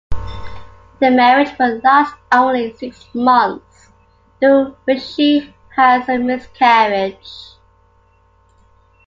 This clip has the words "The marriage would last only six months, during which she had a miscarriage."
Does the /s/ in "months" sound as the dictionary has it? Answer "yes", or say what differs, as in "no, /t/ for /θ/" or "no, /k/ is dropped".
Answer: yes